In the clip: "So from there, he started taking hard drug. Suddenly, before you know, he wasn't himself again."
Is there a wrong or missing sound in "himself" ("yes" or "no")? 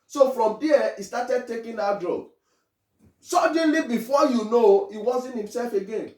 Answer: no